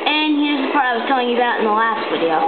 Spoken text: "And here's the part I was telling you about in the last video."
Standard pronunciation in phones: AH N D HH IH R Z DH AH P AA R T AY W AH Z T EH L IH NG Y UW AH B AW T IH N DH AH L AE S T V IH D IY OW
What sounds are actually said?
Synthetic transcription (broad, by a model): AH N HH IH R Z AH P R AY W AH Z T EH L IH NG Y AH B AW T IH N DH AH L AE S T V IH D IY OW